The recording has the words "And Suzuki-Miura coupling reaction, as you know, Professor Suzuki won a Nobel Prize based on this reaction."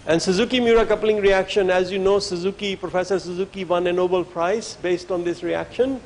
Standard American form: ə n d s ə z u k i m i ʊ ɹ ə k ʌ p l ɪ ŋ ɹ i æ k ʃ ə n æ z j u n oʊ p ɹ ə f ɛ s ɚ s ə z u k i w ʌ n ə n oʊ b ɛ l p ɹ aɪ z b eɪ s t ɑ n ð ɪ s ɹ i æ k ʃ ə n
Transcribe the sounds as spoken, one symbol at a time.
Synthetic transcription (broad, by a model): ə n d s ə z u k i m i ɹ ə k ʌ p l ɪ ŋ ɹ i æ k ʃ ə n æ z j u n oʊ p ɹ ə f ɛ s ɚ s ə z u k i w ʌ n ə n oʊ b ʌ l p ɹ aɪ s b eɪ s t ɑ n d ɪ s ɹ i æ k ʃ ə n